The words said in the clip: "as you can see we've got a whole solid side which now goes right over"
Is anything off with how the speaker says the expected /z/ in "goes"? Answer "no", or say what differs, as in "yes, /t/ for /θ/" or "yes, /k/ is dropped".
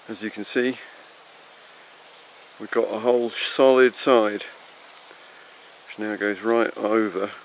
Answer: no